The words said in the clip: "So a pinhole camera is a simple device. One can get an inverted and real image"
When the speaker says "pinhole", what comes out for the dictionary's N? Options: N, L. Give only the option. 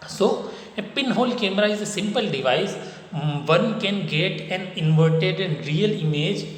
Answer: N